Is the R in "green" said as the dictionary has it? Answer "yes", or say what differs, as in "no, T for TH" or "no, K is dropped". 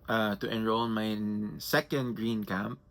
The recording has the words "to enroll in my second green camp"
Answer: yes